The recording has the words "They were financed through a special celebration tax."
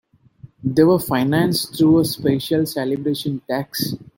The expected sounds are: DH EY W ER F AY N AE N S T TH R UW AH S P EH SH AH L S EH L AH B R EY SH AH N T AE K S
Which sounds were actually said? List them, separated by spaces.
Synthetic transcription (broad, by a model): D EY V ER F AY N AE N S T T R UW AH S P EH SH AH L S EH L AH B R EY SH AH N T AE K S